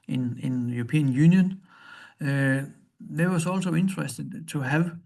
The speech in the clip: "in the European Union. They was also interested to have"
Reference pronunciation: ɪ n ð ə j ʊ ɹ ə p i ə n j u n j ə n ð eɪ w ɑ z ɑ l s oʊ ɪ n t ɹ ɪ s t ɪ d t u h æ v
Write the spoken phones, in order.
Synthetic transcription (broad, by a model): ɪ n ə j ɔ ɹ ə p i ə n j u n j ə n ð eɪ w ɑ s ɑ l s oʊ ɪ n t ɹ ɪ s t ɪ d s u h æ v